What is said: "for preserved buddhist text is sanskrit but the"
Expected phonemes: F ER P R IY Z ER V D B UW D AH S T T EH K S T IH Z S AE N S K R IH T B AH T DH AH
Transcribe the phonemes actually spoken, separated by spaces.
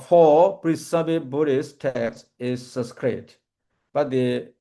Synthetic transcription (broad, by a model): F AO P R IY S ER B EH B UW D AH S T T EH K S IH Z S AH S K R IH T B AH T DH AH